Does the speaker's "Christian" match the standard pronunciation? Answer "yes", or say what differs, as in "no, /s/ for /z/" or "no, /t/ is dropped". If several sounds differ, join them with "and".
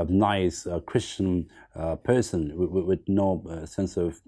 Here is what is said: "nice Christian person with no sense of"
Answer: yes